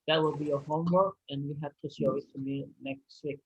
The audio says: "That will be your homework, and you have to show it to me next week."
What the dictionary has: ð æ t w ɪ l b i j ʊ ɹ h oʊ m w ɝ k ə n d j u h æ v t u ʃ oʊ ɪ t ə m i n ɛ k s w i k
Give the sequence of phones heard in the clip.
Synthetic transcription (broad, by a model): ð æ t w ɪ l b i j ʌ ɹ h oʊ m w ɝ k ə n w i h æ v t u s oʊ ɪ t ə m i n ɛ k s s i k